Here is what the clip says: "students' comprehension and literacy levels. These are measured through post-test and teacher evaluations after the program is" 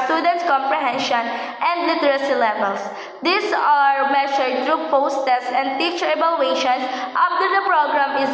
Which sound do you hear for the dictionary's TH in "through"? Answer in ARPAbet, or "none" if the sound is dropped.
T